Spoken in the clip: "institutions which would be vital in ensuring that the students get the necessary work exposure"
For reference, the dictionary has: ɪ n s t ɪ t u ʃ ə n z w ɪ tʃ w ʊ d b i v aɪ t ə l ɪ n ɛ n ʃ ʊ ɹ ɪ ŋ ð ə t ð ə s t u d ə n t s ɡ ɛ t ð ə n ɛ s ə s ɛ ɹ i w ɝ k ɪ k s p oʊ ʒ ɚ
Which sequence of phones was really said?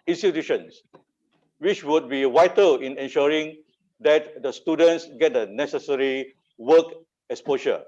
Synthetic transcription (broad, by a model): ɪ n s t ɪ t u ʃ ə n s w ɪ tʃ w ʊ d b i w aɪ t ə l ɪ n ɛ n ʃ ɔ ɹ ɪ ŋ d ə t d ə s t u d ə n t s ɡ ɛ t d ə n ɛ s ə s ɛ ɹ i w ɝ k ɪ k s p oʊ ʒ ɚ